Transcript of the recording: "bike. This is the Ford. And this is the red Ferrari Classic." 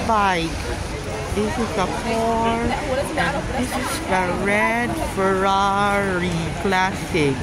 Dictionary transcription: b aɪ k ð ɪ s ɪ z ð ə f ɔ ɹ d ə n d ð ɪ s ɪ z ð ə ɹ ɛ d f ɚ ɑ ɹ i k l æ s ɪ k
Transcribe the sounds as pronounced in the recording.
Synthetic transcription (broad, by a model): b aɪ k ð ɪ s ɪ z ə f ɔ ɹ ə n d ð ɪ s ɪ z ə ɹ ɛ d f ɚ ɑ ɹ i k l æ s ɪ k